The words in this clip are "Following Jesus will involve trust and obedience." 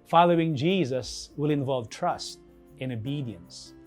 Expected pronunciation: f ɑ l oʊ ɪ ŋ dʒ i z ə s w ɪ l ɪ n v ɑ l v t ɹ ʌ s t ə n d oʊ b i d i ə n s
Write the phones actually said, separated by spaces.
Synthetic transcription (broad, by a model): f ɑ l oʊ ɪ ŋ dʒ i z ə s w ɪ l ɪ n v ɑ l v t ɹ ʌ s t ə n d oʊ b i d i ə n s